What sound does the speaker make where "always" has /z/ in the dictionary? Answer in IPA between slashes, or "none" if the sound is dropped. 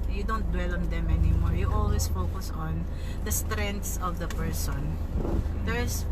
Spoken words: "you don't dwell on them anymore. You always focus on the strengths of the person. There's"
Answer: /s/